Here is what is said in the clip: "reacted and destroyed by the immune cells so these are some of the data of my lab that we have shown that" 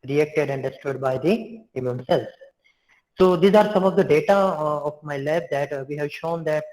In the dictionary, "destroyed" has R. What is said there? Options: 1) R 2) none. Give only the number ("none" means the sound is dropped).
2